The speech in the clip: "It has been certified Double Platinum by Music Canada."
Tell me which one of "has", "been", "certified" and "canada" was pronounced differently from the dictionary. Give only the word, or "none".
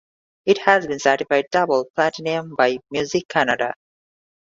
none